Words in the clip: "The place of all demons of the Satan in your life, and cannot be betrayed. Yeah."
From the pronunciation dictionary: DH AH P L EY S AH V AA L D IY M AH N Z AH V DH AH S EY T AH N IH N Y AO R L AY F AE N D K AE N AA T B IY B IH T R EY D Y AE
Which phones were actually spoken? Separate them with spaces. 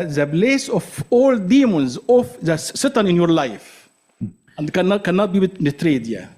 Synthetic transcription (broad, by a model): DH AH B L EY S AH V AA L D IY M AH N Z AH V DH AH S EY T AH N IH N Y AO R L AY F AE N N K AE N AA T B IY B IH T R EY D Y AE